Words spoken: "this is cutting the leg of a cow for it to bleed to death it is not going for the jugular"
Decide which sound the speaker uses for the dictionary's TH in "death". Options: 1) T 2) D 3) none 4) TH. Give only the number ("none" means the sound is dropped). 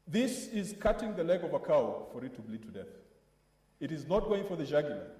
4